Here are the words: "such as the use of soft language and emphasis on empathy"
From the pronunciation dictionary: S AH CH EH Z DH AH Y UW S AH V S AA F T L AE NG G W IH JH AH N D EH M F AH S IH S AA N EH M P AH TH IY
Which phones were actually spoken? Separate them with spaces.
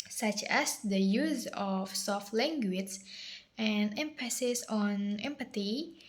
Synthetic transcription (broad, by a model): S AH CH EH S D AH Y UW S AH F S AA F T L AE NG G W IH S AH N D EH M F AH S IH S AA N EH M P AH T IY